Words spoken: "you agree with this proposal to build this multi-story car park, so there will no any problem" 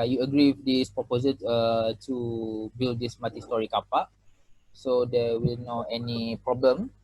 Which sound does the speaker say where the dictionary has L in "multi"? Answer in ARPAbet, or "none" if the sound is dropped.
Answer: none